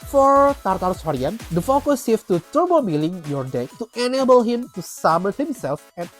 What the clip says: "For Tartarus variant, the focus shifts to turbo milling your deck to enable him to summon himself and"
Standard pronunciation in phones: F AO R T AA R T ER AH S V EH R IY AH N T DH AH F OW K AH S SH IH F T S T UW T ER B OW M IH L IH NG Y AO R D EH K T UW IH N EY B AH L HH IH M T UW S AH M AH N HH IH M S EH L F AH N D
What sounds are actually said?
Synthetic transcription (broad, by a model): F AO R T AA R T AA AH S W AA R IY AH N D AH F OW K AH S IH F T T UW T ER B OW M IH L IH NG Y AO R D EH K T UW IH N EY B AH L HH IH M T UW S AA M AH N HH IH M S EH L F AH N